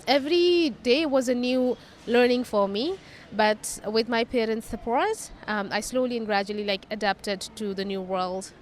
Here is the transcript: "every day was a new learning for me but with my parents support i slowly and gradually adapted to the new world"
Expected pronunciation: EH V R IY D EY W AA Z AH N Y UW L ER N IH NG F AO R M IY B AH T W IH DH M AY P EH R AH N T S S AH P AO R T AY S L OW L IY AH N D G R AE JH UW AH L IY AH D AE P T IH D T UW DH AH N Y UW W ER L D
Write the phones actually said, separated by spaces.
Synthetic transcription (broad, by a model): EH V R IY D EY W AA Z AH N Y UW L ER N IH NG F AO R M IY B AH T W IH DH M AY P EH R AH N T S S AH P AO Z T AY S L OW L IY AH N G R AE JH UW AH L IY AH D AE P T IH D T UW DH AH N Y UW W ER L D